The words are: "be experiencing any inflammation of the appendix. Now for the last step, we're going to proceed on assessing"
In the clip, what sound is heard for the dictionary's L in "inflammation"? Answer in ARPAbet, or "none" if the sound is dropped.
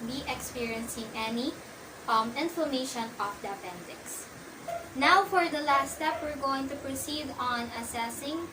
none